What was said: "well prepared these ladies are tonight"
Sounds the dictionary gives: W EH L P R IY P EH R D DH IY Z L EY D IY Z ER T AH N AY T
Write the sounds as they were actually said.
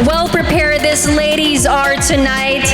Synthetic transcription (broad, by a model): W EH L P R IY P EH R D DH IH S L EY D IY Z ER T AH N AY T